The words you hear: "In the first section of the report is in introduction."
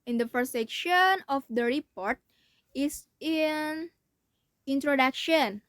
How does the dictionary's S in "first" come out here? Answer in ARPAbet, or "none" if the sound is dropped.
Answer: none